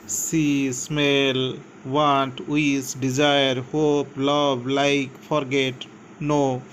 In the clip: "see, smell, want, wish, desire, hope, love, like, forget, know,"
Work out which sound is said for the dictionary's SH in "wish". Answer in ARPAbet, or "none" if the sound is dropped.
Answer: S